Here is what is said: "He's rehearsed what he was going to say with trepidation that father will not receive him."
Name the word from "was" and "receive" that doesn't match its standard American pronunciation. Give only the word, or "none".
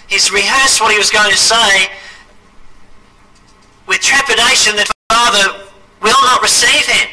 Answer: none